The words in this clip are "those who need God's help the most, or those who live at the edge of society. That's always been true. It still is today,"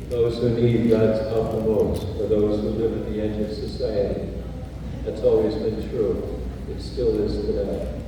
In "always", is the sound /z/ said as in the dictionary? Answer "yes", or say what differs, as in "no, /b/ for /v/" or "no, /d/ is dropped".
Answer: yes